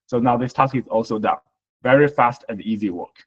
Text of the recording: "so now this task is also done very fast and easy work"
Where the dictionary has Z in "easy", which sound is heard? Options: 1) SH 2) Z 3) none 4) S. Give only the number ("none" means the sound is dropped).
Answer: 2